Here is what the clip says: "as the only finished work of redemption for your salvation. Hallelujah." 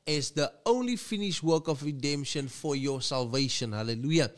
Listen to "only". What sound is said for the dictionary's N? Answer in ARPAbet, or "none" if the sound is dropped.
N